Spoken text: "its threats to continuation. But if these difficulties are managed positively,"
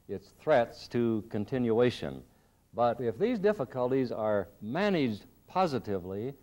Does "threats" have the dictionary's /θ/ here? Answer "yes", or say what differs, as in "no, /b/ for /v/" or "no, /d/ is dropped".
yes